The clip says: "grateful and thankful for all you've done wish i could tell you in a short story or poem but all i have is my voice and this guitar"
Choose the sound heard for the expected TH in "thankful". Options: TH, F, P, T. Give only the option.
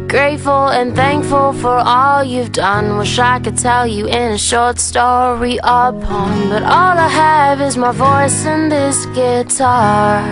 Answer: TH